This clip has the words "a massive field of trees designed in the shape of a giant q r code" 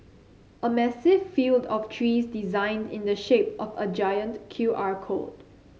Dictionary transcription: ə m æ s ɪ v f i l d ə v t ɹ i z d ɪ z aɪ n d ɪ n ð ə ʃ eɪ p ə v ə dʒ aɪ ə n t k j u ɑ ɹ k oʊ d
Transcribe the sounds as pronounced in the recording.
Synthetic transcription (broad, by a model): ə m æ s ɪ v f i l d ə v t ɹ i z d ɪ z aɪ n d ɪ n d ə ʃ eɪ p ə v ə dʒ aɪ ə n t k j u ɑ ɹ k oʊ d